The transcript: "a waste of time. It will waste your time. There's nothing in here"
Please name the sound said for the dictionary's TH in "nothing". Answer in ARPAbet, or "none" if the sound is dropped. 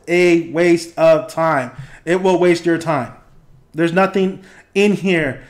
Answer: TH